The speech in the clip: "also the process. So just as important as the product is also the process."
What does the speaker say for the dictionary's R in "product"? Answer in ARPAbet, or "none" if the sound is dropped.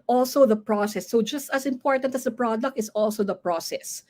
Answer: R